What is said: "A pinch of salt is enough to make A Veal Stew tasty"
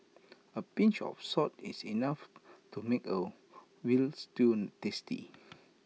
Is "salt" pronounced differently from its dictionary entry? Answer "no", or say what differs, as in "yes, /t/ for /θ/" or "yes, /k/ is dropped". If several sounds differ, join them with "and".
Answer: yes, /l/ is dropped